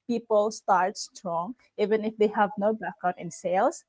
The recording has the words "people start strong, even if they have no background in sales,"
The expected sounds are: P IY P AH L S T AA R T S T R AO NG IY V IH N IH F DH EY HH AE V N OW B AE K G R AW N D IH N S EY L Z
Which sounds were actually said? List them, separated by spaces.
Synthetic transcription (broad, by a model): P IY P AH L S T AA R T S T R AO NG IY V IH N IH F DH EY HH AE V N OW B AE K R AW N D IH N S EY L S